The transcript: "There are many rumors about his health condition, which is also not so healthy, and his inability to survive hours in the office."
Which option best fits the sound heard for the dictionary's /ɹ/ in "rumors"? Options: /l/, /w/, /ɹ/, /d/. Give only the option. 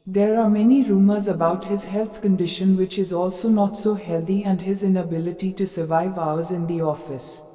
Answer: /ɹ/